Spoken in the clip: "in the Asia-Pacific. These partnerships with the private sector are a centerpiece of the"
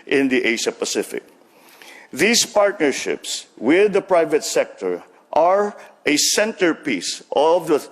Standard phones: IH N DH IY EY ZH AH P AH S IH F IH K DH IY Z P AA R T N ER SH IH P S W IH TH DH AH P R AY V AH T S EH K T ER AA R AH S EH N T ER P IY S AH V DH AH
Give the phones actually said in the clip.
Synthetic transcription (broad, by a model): IH N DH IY EY SH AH P AH S IH F IH K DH IY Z P AA R T N ER SH IH P S W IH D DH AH P R AY V AH T S EH K T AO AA R AH S EH N T ER P IY S AH V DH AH